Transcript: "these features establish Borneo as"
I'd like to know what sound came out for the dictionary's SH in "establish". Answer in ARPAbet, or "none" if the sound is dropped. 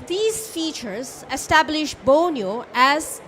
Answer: SH